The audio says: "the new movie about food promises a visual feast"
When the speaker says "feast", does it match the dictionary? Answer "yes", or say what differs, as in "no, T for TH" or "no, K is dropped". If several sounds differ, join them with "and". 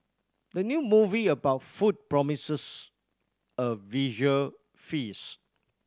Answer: no, T is dropped